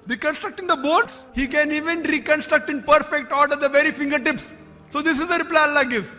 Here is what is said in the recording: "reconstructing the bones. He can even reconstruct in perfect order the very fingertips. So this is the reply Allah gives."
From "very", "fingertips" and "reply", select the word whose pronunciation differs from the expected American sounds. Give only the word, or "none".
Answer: none